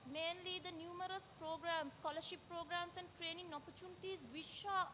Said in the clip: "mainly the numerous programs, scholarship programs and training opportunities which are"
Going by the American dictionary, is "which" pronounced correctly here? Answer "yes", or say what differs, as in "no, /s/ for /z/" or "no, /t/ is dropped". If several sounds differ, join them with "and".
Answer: no, /ʃ/ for /tʃ/